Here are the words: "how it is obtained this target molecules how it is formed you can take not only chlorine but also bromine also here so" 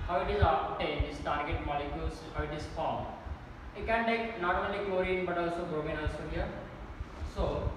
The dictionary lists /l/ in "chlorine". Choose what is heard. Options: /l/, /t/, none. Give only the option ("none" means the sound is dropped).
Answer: none